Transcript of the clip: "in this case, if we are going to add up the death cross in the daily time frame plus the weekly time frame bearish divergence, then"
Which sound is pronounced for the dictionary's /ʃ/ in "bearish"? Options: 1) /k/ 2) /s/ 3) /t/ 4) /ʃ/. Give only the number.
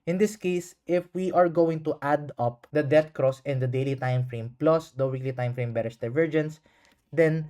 2